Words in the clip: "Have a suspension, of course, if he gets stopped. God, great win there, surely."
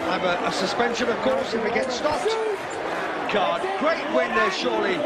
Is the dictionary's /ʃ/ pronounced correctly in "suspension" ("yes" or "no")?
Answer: yes